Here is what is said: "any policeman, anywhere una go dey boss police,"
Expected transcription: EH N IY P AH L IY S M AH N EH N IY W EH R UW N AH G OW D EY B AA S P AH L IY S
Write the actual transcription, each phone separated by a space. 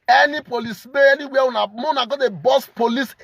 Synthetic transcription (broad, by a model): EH N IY P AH L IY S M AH EH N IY W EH W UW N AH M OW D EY B AA S P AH L IY S